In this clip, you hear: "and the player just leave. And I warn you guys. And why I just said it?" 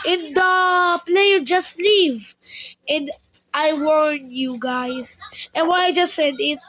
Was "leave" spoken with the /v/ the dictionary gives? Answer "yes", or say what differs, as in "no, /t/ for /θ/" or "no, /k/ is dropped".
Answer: yes